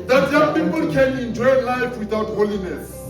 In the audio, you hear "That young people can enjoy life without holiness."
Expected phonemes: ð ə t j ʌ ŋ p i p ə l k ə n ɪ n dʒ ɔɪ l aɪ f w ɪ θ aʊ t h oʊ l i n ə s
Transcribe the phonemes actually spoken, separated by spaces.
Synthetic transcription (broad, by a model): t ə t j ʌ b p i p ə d k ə l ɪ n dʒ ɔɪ l aɪ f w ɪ t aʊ t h oʊ l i n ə s